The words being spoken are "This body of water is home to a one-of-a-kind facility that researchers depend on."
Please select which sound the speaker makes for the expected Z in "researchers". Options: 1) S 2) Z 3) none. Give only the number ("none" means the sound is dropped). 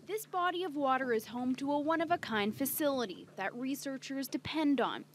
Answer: 2